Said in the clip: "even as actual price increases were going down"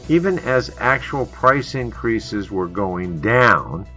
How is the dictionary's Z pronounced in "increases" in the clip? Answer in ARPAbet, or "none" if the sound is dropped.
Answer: Z